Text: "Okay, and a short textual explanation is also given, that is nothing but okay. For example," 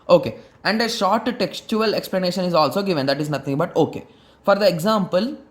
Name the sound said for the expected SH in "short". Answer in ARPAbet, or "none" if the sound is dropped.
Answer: SH